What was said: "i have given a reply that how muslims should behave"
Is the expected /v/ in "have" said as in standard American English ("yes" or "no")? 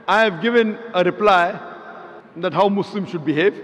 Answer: yes